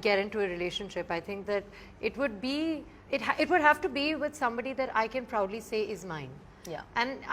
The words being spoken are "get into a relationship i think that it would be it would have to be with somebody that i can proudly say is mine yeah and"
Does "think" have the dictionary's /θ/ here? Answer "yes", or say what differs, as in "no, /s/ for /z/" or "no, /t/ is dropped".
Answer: no, /t/ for /θ/